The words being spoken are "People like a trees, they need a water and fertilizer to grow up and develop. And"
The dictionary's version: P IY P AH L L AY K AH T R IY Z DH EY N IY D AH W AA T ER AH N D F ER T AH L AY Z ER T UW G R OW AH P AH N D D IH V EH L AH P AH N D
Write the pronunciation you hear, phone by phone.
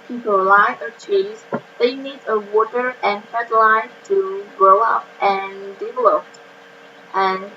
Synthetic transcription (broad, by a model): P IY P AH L L AY AH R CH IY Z DH EY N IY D AH W AA T ER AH N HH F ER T L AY T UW G R OW AH P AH N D D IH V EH L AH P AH N